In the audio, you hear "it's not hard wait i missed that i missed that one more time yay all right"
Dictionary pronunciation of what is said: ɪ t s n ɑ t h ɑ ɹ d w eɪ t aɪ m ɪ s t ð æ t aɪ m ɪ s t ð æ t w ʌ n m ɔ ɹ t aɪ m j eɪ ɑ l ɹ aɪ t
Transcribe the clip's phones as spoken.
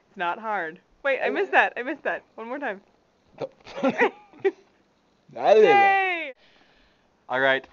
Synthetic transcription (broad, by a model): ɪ t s n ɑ t h ɑ ɹ d w eɪ t aɪ m ɪ s ð æ t aɪ m ɪ s ð æ t w ʌ n m ɔ ɹ t aɪ m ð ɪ ɑ l ɹ aɪ t